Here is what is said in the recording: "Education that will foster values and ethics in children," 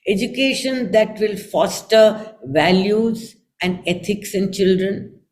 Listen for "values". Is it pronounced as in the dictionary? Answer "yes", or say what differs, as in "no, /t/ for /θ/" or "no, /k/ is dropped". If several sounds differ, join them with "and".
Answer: yes